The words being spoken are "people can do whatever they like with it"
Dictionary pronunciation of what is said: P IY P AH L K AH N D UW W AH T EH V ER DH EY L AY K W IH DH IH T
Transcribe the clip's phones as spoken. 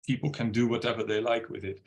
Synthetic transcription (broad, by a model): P IY P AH L K AH N D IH W AH T EH V ER DH EY L AY K W IH DH IH T